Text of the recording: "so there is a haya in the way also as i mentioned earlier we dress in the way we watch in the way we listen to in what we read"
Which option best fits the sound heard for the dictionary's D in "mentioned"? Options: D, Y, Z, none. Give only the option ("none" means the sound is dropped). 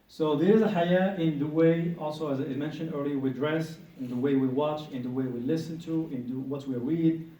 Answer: D